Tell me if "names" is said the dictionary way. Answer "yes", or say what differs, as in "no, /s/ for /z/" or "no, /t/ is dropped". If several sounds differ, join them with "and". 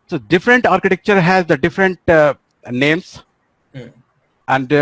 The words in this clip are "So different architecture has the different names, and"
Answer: no, /s/ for /z/